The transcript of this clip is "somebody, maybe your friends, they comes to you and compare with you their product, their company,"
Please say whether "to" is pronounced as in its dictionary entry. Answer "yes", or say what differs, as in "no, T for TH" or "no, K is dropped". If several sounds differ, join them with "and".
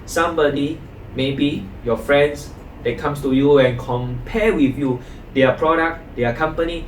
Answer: yes